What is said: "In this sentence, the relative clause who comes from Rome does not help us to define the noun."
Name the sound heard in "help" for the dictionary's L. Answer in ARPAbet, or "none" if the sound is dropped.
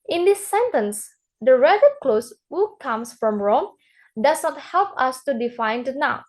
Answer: L